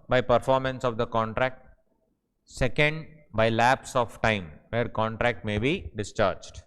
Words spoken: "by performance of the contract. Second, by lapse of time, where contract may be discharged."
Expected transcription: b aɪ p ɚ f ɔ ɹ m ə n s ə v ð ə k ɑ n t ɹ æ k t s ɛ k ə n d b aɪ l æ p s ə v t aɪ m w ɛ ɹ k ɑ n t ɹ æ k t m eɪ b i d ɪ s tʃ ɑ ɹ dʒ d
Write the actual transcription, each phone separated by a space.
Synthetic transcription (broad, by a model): b aɪ p ɚ f ɔ ɹ m ə n s ə v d ə k ɑ n t ɹ æ k t s ɛ k ə n d b aɪ l æ p s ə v t aɪ m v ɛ ɹ k ɑ n t ɹ æ k t m eɪ b i d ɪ s tʃ ɑ ɹ dʒ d